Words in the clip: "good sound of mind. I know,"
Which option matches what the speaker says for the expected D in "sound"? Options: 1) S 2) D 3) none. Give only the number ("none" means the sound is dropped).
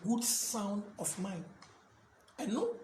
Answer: 2